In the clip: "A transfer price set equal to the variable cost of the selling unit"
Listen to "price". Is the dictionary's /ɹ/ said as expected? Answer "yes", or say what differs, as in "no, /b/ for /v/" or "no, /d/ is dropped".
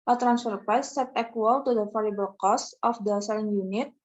no, /ɹ/ is dropped